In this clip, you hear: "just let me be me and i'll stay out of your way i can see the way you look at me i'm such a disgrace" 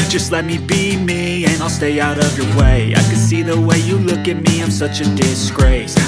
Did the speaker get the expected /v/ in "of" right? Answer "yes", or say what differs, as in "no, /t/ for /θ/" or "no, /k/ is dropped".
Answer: yes